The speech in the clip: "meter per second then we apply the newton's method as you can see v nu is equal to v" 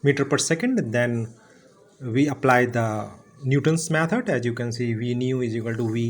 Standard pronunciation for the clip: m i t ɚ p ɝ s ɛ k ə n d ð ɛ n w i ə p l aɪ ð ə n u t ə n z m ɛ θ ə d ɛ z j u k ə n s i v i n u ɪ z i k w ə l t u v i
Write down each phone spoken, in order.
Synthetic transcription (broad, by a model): m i t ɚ p ɝ s ɛ k ə n d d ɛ n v i ə p l aɪ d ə n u t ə n s m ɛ t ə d ɛ z j u k ə n s i v i n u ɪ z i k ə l t u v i